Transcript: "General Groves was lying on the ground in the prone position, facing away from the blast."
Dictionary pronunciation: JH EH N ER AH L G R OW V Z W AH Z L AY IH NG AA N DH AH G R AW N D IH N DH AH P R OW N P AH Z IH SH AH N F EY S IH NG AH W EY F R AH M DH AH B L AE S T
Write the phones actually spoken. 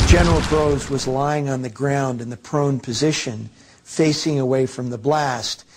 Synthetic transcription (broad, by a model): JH EH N ER L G R OW Z W AH Z L AY IH NG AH N DH AH G R AW N D IH N DH AH P R OW N P AH Z IH SH AH N F EY S IH NG AH W EY F R AH M DH AH B L AE S T